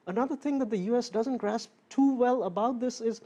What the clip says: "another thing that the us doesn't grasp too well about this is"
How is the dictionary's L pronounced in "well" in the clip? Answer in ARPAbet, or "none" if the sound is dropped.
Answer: L